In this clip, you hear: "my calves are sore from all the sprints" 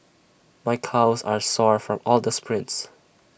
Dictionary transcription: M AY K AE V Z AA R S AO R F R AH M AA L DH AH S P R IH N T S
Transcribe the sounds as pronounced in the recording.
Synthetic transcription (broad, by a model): M AY K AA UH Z AA R S AO R F R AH M AA L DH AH S P R IH N T S